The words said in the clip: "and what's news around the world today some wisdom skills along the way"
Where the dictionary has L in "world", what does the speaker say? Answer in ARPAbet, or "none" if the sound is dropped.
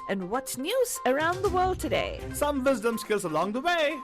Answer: L